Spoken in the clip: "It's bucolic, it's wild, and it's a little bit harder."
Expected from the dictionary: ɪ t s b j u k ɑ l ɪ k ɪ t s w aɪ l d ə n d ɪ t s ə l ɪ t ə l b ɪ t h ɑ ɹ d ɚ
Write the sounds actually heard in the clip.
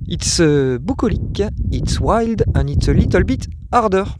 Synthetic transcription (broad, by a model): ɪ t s b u k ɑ l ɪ k ɪ t s w aɪ l d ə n ɪ t s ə l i t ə l b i t ɑ ɹ d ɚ